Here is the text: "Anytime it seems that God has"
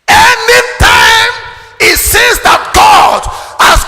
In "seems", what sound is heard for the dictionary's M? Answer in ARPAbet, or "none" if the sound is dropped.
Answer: none